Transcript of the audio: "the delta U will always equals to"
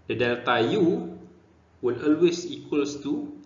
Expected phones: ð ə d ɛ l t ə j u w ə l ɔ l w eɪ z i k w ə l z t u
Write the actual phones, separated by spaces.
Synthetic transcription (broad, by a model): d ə d ɛ l t ə j u w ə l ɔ l w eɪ s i k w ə l s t u